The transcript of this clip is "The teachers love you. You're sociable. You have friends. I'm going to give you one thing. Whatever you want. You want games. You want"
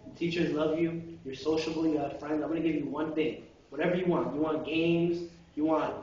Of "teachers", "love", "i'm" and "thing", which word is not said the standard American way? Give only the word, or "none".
none